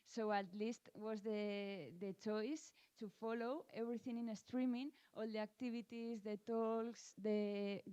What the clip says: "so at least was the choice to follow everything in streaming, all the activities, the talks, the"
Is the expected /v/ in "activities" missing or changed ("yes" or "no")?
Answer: yes